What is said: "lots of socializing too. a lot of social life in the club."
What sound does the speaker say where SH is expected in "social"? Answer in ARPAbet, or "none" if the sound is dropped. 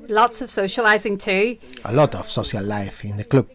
S